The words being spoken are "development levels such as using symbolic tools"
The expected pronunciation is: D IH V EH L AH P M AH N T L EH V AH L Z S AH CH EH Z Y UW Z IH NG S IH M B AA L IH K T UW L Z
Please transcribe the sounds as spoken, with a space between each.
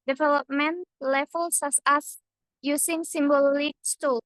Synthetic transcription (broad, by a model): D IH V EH L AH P M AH N L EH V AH L S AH S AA S Y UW S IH NG S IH M B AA L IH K T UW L